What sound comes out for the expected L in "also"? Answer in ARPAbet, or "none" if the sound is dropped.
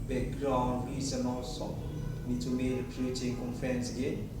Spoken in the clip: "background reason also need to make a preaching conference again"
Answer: none